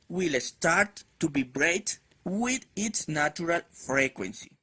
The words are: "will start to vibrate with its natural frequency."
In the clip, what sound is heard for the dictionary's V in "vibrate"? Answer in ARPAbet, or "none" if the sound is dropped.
B